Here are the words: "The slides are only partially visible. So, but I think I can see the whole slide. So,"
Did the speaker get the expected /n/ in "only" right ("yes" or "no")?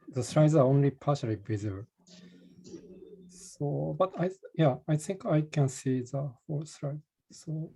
yes